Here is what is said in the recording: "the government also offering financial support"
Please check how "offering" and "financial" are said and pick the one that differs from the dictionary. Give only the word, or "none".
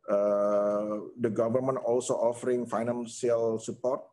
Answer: financial